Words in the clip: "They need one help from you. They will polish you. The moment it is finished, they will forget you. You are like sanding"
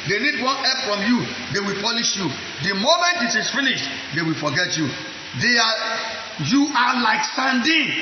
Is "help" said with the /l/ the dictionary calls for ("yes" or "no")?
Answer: no